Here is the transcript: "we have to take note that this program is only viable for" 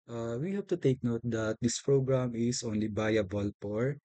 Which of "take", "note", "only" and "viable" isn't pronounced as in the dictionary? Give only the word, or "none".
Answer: viable